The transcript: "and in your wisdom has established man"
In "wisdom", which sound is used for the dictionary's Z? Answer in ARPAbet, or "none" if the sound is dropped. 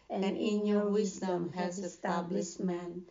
Z